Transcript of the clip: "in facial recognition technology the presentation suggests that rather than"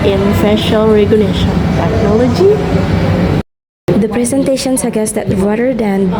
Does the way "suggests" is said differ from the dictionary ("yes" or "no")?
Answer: yes